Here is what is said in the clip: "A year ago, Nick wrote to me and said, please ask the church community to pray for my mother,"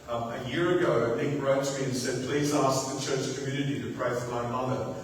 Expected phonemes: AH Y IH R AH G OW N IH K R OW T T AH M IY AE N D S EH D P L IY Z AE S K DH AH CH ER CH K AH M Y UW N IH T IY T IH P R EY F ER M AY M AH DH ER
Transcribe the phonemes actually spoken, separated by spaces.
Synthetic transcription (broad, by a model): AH Y IH R AH G OW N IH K R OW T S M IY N S EH D P L IY Z AE S K DH AH CH ER CH K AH M Y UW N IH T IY T IH P R EY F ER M AY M AH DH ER